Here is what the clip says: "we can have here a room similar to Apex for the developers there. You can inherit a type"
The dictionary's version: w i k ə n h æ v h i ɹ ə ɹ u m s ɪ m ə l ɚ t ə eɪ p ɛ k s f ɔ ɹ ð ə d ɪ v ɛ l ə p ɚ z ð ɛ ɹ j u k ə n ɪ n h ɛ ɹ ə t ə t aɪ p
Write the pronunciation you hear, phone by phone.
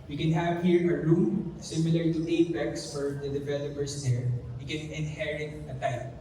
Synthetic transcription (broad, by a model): w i k ə n h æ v h i ɹ ə ɹ u m s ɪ m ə l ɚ t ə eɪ b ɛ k s f ɔ ɹ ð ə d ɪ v ɛ l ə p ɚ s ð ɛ ɹ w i k ə n ɪ n h ɛ ɹ ə t ə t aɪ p